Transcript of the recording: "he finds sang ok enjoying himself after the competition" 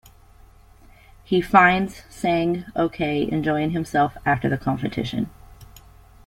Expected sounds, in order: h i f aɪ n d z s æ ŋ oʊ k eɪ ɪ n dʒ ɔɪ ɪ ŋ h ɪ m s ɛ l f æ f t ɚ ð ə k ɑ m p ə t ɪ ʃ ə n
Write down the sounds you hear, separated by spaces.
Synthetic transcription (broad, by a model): h i f aɪ n d z s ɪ ŋ oʊ k eɪ ɪ n dʒ ɔɪ ɪ ŋ h ɪ m s ɛ l f æ f t ɚ ð ə k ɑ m f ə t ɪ ʃ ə n